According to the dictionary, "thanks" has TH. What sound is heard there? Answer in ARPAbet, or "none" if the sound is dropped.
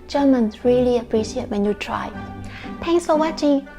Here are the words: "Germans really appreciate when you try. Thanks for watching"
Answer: T